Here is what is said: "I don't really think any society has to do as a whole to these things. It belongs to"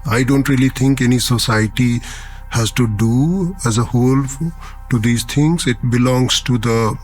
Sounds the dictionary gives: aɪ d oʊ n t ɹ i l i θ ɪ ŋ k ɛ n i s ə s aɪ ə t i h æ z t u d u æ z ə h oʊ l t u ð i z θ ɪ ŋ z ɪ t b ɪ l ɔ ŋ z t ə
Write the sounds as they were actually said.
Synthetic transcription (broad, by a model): aɪ d oʊ n t ɹ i l i t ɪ ŋ k ɛ n i s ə s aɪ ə t i h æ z t u d u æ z ə h oʊ l t u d i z t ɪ ŋ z ɪ t b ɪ l ɔ ŋ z t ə